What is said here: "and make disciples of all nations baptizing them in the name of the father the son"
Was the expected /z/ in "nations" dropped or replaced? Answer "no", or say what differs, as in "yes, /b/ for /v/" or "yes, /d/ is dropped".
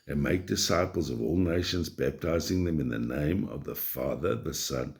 no